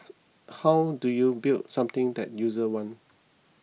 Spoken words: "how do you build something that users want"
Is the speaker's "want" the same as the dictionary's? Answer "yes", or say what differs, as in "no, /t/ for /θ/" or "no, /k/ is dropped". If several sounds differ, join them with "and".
no, /t/ is dropped